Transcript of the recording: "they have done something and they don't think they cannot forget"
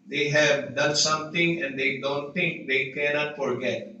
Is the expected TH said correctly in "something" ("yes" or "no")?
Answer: no